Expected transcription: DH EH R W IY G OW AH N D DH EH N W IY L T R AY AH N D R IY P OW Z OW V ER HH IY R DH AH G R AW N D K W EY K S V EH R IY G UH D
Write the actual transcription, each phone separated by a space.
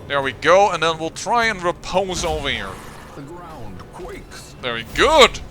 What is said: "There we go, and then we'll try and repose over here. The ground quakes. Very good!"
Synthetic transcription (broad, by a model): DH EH R W IY G OW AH N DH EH N W IY L T R AY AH N R IY P OW Z OW V ER HH IY R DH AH G R AW N D K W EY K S V EH R IY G UH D